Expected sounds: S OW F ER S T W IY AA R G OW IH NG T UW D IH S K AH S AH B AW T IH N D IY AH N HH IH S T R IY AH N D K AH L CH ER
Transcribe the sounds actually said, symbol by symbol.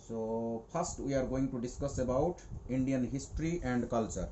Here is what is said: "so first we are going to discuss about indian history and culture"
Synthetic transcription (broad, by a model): S OW P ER S T W IY AA R G OW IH NG T UW D IH S K AH S AH B AW T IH N D IY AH N HH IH S T R IY AH N D K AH L CH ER